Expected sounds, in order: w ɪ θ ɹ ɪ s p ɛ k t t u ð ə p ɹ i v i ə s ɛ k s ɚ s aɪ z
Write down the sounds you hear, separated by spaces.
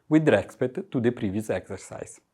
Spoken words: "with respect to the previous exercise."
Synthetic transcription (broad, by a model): w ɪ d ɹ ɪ s p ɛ t t u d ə p ɹ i v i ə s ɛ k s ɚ s aɪ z